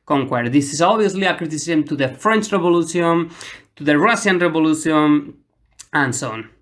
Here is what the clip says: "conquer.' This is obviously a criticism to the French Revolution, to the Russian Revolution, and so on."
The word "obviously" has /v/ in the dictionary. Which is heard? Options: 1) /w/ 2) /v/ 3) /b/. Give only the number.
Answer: 3